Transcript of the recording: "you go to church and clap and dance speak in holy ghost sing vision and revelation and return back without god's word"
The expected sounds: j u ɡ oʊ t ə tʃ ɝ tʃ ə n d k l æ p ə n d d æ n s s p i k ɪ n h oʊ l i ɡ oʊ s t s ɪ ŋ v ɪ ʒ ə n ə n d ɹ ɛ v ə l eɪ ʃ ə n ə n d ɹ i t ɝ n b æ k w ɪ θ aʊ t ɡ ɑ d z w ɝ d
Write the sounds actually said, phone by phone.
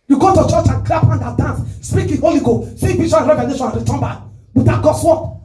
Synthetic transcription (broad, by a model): j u ɡ oʊ t ə tʃ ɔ tʃ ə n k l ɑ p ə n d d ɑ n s s p i k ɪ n h oʊ l i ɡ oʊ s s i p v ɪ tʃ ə ə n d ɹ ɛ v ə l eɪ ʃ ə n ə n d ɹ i t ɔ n b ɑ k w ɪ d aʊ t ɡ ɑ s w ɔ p